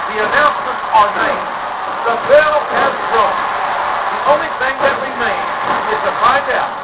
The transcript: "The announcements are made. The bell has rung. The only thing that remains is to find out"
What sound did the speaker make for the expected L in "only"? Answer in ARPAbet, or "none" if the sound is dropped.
L